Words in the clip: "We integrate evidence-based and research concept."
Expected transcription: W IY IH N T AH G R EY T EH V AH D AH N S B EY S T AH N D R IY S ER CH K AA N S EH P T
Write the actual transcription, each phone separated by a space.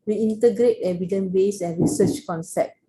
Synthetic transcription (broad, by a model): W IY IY N T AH G R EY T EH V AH D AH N B EY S AH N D R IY S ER CH K AA N S EH P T